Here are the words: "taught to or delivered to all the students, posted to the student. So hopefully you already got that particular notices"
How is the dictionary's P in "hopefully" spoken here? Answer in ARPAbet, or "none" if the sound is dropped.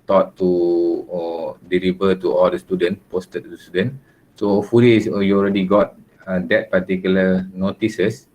none